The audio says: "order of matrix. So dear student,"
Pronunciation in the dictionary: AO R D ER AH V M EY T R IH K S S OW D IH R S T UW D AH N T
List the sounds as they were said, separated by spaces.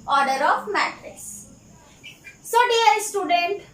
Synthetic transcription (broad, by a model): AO R D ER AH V M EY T R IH S S OW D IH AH S T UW D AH N T